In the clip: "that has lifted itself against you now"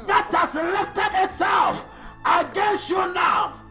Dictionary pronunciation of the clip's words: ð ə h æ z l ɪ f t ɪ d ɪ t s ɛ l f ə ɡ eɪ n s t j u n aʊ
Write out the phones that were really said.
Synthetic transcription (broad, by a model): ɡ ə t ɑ s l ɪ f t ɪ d ɪ t s ɛ l f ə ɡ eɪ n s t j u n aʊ